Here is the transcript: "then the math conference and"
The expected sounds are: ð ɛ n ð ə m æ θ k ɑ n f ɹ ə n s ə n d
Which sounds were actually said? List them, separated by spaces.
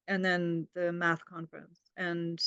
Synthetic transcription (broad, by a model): ð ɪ n ð ə m æ θ k ɑ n f ɹ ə n s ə n